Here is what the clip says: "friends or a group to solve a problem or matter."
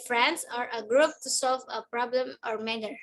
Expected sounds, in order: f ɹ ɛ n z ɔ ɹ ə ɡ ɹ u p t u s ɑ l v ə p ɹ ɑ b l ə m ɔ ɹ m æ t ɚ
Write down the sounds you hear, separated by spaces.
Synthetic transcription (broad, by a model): f ɹ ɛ n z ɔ ɹ ə ɡ ɹ u p t u s ɑ l v ə p ɹ ɑ b l ə m ɔ ɹ m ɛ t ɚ